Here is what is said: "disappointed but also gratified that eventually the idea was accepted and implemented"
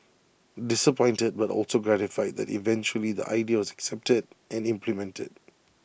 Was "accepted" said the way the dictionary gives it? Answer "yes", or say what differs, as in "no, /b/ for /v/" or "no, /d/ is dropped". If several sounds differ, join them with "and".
yes